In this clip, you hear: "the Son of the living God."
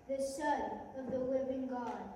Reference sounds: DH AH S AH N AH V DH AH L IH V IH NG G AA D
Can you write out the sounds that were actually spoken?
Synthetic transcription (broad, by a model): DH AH SH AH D AH V DH AH W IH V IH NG G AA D